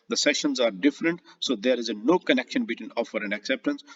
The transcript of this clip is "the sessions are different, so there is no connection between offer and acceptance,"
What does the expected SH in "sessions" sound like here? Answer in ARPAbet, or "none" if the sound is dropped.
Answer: SH